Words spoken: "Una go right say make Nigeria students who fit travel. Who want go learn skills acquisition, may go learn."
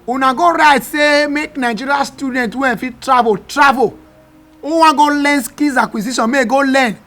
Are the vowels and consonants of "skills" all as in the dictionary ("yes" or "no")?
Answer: no